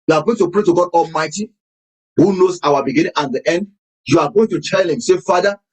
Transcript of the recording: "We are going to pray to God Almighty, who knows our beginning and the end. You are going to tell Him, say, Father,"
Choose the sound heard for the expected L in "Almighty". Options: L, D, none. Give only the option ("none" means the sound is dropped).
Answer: L